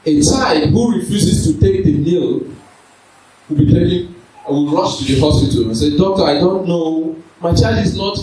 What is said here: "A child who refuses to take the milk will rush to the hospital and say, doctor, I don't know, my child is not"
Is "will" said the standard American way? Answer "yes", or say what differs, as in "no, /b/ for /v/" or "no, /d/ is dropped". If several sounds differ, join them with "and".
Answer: no, /w/ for /l/